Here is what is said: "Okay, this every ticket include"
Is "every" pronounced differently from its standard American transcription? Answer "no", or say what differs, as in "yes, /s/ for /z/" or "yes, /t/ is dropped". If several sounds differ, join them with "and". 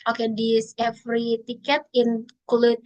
yes, /f/ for /v/